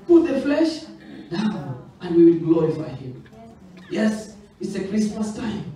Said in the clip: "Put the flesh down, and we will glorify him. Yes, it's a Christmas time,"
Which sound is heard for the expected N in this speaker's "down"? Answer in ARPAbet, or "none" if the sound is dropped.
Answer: none